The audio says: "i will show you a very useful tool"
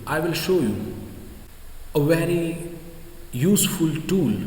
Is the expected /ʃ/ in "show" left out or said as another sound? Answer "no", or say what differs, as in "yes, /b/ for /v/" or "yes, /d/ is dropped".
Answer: no